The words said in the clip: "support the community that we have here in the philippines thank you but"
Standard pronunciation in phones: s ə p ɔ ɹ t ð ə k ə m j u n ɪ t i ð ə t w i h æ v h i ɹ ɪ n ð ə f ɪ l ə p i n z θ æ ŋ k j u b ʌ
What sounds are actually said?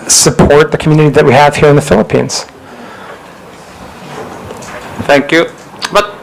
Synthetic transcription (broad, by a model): s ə p ɔ ɹ t ð ə k m j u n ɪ t i ð ə t w i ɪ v h i ɹ ɪ n ð ə f ɪ l ə p i n z θ æ ŋ k j u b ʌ